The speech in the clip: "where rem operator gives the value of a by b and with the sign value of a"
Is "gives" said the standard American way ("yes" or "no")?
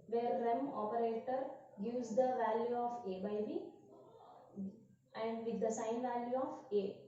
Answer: no